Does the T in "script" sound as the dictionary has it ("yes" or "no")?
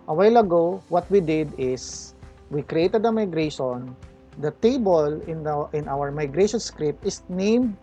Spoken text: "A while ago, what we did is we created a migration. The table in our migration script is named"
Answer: yes